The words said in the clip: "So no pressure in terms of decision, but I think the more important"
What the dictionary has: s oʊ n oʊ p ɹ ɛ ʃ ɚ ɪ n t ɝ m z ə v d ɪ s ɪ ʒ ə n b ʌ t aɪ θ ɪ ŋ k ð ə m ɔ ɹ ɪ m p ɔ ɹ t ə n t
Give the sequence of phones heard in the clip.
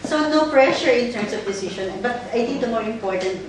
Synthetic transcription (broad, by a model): s oʊ n oʊ p ɹ ɛ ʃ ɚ ɪ n t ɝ m s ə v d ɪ s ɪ ʃ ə n b ʌ t aɪ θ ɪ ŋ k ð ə m ɔ ɹ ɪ m p ɔ ɹ t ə n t